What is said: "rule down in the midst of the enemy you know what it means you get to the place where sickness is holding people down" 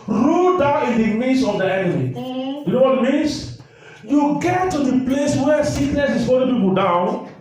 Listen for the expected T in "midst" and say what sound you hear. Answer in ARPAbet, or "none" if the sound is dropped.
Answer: none